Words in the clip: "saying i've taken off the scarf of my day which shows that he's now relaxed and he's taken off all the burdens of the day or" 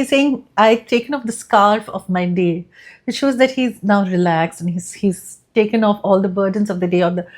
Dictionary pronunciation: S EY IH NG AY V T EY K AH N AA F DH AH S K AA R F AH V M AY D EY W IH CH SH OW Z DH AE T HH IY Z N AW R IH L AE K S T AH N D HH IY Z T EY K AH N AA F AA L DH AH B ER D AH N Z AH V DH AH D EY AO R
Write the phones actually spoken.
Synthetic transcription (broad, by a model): S EY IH NG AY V T EY K AH N AA F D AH S K AA R F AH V M AY D EY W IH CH SH OW Z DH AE T HH IY Z N AW R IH L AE K S AH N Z HH IY Z T EY K AH N AA F AA L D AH B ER D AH N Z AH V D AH D EY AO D